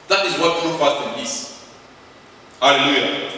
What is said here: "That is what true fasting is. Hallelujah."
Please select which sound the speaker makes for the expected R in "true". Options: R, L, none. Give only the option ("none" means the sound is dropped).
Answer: none